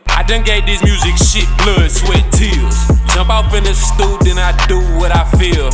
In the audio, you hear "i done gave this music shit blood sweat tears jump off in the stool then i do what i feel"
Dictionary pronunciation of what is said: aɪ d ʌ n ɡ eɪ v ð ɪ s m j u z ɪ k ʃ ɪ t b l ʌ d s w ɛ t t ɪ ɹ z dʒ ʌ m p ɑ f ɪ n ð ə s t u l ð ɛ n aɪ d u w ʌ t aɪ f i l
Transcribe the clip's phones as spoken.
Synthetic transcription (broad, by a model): aɪ d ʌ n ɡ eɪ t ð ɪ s m j u z ɪ k ʃ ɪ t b l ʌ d s w ɛ t t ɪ l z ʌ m b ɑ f ɪ n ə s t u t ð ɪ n aɪ d u w ʌ t aɪ f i l